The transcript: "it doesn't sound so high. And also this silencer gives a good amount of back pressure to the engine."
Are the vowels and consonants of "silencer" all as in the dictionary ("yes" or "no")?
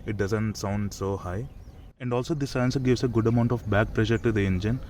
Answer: no